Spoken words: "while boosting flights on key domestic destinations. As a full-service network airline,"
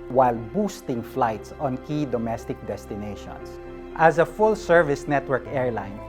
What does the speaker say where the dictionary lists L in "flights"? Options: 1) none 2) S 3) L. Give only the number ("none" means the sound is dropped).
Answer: 3